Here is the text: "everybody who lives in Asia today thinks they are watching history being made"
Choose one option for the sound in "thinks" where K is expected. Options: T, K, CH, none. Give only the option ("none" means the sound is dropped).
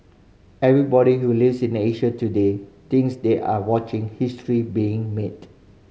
none